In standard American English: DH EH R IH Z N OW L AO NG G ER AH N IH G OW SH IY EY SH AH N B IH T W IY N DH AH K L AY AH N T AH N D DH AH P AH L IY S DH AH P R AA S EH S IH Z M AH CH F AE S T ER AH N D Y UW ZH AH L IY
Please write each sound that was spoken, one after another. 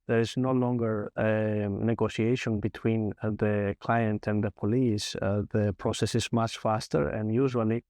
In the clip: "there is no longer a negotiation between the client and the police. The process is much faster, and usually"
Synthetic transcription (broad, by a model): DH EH R IH Z N OW L AO NG G ER AH N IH G OW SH IY EY SH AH N B IH T W IY N DH AH K L AY AH N T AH N DH AH P AH L IY S DH AH P R AA S EH S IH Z M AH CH F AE S T ER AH N Y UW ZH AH L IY